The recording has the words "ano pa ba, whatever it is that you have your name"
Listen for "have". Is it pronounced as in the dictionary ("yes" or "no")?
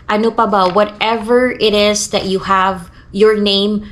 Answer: yes